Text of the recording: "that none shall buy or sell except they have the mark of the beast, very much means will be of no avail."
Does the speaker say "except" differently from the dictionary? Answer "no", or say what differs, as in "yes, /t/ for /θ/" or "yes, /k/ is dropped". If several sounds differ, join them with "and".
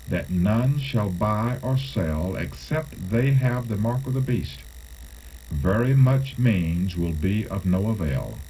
no